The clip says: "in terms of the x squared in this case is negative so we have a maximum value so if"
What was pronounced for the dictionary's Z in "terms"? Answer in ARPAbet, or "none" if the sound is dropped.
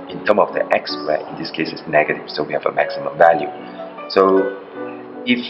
none